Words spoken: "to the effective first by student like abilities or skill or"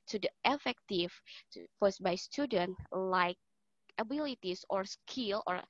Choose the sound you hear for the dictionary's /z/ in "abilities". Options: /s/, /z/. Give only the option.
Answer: /s/